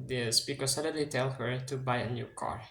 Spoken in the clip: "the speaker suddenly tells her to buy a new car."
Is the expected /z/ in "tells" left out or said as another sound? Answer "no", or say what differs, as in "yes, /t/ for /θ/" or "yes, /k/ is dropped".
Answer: yes, /z/ is dropped